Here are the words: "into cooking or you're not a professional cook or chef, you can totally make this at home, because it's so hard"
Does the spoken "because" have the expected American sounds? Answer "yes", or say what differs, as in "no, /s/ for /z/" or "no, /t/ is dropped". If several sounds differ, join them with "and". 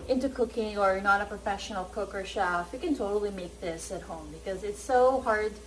yes